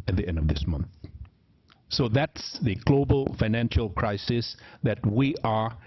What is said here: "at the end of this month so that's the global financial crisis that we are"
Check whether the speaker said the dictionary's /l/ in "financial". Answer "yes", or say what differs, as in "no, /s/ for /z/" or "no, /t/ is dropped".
yes